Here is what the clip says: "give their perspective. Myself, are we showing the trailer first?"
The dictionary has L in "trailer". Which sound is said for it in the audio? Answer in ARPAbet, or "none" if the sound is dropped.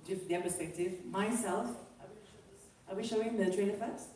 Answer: N